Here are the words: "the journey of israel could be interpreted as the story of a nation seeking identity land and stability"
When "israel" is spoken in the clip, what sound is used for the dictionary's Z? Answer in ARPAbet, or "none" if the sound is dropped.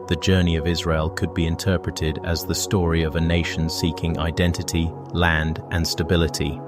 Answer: Z